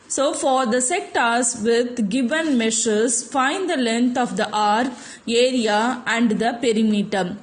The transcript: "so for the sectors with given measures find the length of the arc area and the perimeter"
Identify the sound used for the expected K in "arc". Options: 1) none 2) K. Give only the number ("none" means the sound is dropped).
1